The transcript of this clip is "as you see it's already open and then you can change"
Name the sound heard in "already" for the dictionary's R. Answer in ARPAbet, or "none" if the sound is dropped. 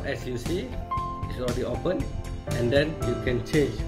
none